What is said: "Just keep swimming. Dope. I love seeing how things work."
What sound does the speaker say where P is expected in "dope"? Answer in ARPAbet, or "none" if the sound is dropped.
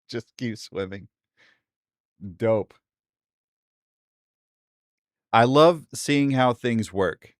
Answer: P